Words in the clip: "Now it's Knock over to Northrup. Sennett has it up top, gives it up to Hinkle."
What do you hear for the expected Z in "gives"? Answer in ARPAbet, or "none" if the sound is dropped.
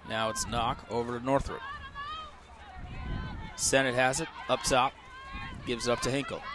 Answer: Z